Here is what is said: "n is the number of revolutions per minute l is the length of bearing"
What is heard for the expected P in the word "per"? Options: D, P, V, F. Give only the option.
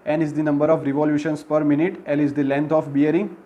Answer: P